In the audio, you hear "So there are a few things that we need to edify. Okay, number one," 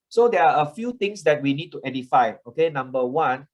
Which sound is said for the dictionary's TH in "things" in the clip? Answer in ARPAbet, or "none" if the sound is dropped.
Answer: T